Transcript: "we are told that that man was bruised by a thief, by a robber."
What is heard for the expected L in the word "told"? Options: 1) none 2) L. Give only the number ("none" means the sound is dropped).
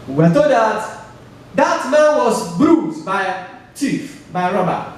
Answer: 1